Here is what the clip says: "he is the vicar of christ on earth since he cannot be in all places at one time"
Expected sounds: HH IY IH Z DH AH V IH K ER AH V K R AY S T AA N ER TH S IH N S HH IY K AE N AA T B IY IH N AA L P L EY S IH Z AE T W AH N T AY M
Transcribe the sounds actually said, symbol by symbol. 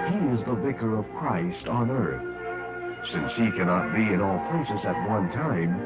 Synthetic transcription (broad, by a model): HH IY IH Z DH AH V IH K ER AH V K R AY S T N ER TH S IH N S HH IY K AE N AA T B IY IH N AA L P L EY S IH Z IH T W AH N T AY M